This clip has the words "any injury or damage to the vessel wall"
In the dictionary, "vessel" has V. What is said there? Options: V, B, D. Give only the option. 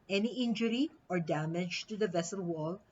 V